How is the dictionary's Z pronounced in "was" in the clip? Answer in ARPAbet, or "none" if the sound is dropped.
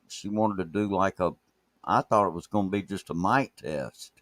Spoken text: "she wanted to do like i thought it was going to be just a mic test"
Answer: Z